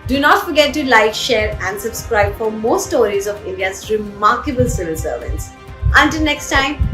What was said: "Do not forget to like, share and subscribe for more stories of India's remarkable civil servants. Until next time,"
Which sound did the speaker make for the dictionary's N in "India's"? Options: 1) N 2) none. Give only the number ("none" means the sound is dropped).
1